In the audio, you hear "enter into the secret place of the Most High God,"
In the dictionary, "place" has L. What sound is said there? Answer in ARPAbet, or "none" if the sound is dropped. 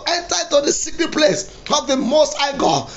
L